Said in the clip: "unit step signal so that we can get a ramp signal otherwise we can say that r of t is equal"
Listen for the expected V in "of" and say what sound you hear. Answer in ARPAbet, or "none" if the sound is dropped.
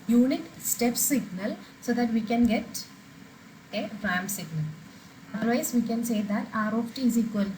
P